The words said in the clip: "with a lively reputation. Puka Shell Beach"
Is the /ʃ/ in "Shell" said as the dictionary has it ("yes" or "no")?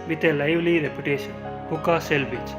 no